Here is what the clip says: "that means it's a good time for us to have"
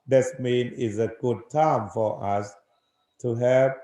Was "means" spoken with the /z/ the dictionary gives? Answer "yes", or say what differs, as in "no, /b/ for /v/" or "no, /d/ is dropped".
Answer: no, /z/ is dropped